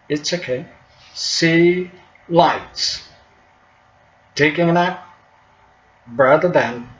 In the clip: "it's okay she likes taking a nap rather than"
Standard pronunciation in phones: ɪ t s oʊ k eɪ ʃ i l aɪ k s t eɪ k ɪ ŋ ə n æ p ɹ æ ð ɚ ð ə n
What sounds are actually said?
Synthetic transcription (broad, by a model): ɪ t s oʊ k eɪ s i l aɪ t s t eɪ k ɪ ŋ ə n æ b ɹ æ ð ɚ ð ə n